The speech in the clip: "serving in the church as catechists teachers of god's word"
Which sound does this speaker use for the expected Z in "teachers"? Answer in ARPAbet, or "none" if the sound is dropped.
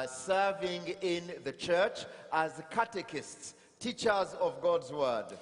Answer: Z